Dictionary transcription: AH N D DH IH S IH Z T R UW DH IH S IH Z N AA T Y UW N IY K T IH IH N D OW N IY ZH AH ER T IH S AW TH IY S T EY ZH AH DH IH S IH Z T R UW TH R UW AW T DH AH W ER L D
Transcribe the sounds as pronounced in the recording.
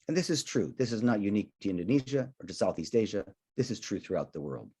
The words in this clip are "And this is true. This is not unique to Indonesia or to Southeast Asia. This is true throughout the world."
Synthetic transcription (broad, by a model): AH N DH IH S IH Z T R UW DH IH S IH Z N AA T Y UW N IY K T IH IH N D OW N IY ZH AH ER T IH S AW TH IY S T EY ZH AH DH IH S IH Z T R UW TH R UW AW T DH AH W ER L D